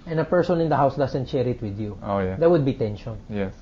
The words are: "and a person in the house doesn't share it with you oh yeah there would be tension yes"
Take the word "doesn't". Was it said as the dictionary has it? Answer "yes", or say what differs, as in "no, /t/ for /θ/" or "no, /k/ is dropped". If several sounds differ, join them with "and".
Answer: no, /s/ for /z/